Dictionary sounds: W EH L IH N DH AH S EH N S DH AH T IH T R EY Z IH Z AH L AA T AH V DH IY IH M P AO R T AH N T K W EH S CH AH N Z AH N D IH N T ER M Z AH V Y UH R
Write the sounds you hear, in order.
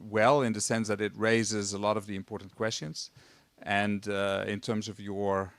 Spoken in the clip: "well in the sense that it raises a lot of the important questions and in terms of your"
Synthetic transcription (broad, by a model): W EH L IH N DH AH S EH N S DH AH T IH T R EY Z IH Z AH L AA T AH V DH IY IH M P AO R T N K W EH S CH AH N Z AH N D IH N T ER M Z AH V Y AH R